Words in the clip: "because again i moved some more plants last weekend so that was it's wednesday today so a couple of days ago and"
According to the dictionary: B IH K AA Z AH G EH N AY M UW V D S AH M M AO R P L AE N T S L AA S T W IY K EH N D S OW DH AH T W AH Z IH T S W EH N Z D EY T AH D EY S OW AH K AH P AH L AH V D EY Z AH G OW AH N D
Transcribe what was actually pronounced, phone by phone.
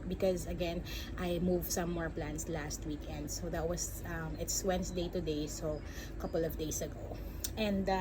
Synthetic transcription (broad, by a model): B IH K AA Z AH G EH N AY M UW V S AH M M AO R P L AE N S L AA S T W IY K EH N D S OW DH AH T W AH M IH T S W EH N S D EY T AH D EY S OW AH K AH P AH L AH V D EY S AH G OW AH N D